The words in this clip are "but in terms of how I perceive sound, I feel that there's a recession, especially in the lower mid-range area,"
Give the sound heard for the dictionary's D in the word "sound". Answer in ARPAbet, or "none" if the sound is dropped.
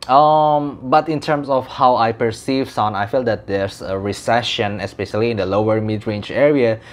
none